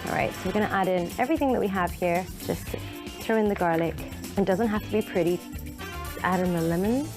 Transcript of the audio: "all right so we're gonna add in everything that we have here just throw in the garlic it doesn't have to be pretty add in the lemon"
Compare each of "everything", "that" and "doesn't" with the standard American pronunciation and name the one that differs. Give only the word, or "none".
none